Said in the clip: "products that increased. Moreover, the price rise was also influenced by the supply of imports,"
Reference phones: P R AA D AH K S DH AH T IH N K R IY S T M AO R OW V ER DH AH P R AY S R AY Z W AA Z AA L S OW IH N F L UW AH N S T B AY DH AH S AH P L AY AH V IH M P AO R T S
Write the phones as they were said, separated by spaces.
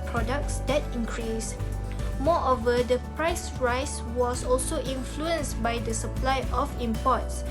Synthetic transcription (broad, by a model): P R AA D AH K S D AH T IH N K R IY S M AO OW V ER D AH P R AY S R AY S W AA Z AA L S OW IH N F L UW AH N S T B AY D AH S AH P L AY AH F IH M P AO T S